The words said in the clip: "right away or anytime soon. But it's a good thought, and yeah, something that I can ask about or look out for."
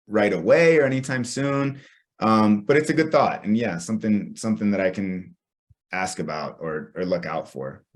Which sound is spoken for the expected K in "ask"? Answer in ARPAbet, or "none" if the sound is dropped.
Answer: K